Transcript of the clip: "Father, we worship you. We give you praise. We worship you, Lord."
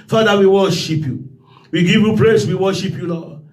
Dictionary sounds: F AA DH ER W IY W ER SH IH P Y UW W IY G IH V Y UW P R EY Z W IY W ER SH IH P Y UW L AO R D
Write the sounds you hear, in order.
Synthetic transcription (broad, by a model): F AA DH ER W IY W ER SH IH P Y UW W IY G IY V Y UW P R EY S W IY W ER SH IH P Y UW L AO